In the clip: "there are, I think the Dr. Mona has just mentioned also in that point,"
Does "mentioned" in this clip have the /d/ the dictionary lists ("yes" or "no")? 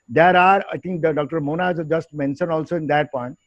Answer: no